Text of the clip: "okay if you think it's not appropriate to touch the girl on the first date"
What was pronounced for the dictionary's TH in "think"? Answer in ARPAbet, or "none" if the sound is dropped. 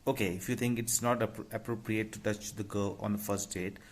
T